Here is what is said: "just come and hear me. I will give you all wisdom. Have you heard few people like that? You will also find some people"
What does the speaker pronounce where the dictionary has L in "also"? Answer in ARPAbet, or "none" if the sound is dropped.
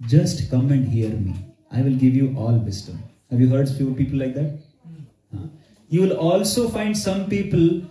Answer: L